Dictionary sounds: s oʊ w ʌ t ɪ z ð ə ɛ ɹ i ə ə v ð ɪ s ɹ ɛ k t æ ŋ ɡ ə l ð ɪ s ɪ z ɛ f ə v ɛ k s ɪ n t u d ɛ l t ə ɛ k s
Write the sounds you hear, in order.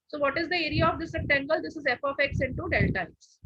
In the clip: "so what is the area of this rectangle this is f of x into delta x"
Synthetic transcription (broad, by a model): s oʊ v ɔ t ɪ z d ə ɛ ɹ i ə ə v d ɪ s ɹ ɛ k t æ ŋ ɡ ə l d ɪ s ɪ z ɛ p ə f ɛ k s ɪ n t u d ɛ l t ə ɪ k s